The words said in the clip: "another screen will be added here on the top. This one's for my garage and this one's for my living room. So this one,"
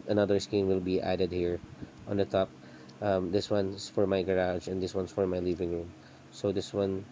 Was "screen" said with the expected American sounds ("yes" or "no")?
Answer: no